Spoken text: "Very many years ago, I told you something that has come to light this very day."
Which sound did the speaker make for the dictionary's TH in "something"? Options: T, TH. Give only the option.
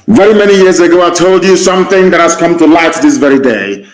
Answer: TH